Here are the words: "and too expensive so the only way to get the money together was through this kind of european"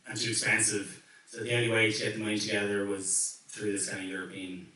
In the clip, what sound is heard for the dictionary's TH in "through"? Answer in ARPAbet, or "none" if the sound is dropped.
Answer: TH